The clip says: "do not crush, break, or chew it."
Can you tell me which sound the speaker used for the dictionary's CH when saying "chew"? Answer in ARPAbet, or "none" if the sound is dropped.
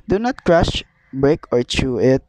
CH